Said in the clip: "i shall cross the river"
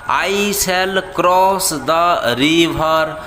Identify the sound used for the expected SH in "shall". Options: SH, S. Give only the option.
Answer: S